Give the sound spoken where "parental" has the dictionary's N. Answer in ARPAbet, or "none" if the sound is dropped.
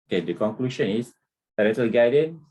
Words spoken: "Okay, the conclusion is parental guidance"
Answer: none